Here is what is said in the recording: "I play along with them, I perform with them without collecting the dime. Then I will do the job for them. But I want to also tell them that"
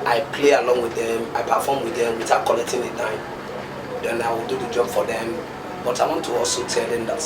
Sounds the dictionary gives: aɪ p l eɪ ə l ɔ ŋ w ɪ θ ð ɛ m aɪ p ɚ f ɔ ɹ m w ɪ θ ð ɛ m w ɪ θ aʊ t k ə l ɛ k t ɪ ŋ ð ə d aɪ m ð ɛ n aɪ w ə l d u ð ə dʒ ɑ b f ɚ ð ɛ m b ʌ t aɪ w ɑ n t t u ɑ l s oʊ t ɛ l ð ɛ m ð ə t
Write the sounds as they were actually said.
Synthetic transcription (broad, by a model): aɪ p l eɪ ə l ɔ ŋ w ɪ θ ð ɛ m aɪ p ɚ f ɔ m w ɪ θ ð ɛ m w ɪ t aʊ k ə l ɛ k t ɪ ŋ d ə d aɪ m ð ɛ n aɪ w ə l d u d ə dʒ ɑ b f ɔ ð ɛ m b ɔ t aɪ w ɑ n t t u ɑ l s oʊ t ɛ l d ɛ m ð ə t